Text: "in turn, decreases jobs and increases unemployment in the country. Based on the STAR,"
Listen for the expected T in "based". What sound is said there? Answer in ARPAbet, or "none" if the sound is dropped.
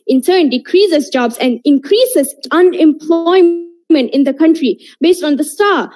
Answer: T